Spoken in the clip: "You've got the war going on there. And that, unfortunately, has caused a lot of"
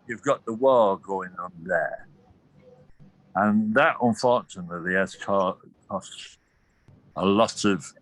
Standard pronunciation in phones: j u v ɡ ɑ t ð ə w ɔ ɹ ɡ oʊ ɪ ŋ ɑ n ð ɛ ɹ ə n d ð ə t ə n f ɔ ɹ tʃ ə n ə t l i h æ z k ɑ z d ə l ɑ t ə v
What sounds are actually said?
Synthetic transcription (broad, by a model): j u v ɡ ɑ t ð ə w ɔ l ɡ oʊ ɪ ŋ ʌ n ð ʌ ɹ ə n ð ə t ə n f ɔ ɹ tʃ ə n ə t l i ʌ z k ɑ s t ə l ɑ t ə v